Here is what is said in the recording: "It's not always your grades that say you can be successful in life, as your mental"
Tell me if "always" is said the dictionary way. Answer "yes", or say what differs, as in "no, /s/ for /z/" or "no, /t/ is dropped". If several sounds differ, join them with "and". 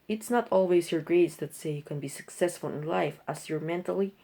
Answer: no, /s/ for /z/